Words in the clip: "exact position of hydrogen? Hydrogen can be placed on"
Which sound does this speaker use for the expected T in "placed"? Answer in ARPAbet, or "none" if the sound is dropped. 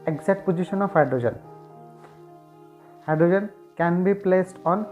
T